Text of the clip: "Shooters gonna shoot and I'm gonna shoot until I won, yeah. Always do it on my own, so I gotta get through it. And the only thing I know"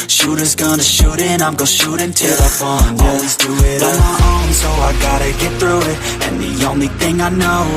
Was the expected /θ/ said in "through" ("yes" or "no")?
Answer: yes